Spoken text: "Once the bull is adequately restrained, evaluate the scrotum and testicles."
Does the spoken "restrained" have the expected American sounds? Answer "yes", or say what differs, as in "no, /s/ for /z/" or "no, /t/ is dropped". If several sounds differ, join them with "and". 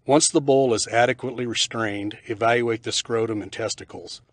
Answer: yes